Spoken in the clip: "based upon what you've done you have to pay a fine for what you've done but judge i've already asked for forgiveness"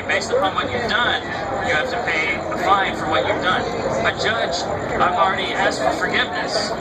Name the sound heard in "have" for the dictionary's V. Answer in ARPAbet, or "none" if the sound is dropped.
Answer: F